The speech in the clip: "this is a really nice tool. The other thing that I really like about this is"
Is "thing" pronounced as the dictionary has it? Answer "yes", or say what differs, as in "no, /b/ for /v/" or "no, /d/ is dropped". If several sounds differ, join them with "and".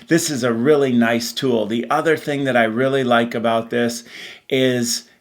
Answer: yes